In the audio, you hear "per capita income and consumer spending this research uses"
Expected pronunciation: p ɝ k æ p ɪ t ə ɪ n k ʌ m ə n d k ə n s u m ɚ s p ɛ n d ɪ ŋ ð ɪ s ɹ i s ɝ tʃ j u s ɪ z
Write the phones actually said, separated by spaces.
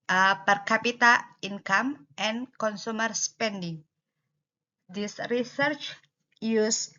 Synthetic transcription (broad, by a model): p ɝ k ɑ p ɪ t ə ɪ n k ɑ m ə n k ə n s u m ɚ s p ɛ n d ɪ ŋ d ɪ s ɹ i s ɝ tʃ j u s